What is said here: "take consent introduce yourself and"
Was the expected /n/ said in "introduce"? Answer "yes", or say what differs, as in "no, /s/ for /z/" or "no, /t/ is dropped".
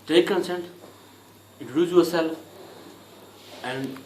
no, /n/ is dropped